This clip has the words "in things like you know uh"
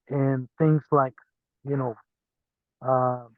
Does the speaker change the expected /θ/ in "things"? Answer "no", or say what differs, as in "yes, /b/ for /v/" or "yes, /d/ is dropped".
no